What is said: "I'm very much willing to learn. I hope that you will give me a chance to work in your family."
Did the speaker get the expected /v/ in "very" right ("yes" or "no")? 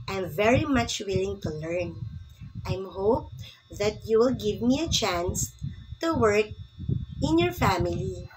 yes